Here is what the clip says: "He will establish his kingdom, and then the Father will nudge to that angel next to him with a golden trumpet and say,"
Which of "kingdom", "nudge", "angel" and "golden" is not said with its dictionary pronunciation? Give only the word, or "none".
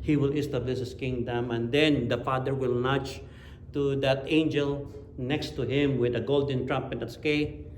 nudge